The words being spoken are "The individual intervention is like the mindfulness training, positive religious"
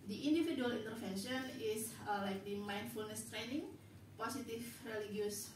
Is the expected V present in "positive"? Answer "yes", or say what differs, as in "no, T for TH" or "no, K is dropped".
no, F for V